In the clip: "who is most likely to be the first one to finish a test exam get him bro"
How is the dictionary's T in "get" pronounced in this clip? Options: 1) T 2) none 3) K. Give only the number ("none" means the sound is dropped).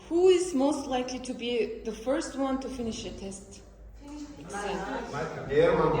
2